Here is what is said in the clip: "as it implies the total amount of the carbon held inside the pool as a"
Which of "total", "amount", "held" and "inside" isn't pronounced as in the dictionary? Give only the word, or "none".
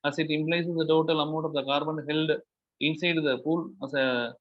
amount